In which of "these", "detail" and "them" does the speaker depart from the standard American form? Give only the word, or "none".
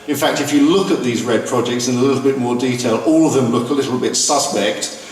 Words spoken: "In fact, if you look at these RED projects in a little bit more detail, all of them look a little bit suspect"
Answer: none